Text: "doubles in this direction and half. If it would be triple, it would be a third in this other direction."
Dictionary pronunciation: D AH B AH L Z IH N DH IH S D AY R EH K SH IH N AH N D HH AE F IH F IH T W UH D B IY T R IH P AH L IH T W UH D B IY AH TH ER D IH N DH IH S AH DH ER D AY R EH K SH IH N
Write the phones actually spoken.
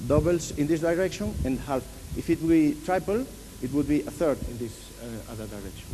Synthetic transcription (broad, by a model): D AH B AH L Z IH N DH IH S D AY R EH K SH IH N AH N D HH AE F IH F IH T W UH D B IY T R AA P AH L IH T W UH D B IY AH TH ER D IH N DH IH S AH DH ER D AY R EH K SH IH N